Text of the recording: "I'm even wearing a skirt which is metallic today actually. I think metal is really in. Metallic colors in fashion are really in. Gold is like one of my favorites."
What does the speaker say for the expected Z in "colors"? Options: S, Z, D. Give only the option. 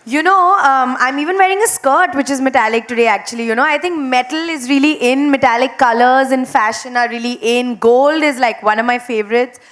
Z